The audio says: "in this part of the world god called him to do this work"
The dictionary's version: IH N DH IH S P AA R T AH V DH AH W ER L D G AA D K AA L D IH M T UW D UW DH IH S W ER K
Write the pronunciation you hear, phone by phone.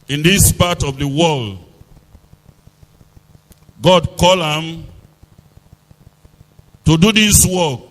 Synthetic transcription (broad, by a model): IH N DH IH S P AA T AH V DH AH W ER L D G AA D K AA L IH M T UW D UW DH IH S W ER K